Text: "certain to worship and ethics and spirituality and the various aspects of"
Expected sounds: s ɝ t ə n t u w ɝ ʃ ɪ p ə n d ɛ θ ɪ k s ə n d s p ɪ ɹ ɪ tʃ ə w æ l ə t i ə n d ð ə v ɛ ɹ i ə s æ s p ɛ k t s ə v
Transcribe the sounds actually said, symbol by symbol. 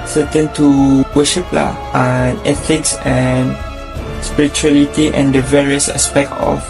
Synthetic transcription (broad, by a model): s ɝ t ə n t u w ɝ ʃ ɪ p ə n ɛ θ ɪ k s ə n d s p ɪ ɹ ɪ tʃ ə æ l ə t i ə n d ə v ɛ ɹ i ə s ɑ s p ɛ k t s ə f